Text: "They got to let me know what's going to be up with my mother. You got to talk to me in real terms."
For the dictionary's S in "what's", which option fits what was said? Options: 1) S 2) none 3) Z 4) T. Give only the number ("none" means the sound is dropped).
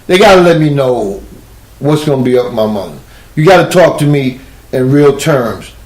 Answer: 1